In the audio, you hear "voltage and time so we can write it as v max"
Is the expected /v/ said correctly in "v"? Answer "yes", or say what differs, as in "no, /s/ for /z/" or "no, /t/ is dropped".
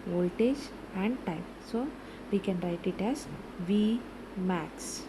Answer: yes